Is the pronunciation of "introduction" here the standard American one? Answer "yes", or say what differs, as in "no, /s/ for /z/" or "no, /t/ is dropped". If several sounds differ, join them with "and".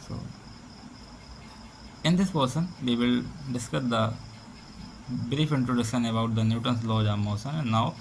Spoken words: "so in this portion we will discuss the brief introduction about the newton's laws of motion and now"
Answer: no, /k/ is dropped